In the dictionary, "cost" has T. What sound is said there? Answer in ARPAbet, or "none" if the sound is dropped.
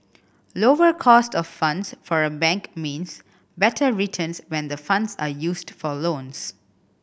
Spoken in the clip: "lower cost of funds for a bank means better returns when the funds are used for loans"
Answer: T